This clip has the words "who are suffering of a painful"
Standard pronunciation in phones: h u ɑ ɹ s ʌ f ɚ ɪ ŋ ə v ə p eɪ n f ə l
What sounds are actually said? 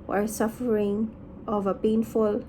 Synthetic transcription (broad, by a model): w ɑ l s ʌ f ɚ ɪ ŋ ə v ə p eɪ n f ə l